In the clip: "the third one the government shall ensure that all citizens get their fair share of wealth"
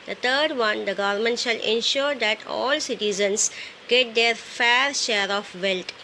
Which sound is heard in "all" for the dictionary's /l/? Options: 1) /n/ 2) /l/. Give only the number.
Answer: 2